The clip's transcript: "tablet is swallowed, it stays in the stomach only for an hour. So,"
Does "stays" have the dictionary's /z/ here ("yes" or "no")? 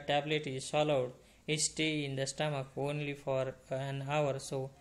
no